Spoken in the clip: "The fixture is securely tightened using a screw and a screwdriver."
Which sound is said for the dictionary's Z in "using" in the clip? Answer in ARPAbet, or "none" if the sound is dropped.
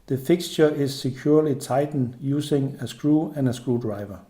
S